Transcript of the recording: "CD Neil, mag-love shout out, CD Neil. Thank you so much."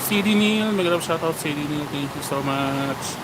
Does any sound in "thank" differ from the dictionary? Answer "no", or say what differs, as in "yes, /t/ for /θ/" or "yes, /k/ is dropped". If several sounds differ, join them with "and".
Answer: yes, /t/ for /θ/